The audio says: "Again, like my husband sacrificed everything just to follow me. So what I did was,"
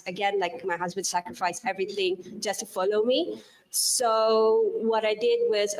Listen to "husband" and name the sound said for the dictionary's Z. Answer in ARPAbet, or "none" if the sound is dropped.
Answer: Z